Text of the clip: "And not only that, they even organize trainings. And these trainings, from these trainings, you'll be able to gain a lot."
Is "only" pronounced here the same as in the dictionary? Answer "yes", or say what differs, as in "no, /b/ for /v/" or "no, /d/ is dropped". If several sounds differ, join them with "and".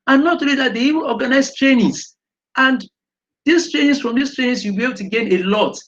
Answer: no, /n/ is dropped